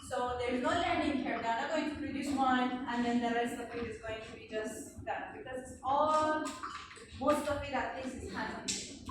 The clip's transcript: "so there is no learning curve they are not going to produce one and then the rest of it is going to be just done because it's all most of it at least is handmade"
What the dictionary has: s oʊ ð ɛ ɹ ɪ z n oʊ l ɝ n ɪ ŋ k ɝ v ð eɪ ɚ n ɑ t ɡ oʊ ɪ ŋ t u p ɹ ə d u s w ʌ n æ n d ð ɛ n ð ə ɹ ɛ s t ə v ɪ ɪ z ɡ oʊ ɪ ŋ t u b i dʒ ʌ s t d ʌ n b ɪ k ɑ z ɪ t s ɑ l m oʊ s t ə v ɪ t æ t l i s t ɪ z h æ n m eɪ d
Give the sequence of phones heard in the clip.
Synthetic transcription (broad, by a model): s oʊ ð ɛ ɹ ɪ z n oʊ l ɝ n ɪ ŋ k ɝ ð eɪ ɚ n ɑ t ɡ oʊ ɪ ŋ t u p ɹ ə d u s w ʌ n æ n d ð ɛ n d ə ɹ ɛ s t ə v ɪ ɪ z ɡ oʊ ɪ ŋ t u b i dʒ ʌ s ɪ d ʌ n b ɪ k ɑ z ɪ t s ɑ l m oʊ s t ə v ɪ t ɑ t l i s ɪ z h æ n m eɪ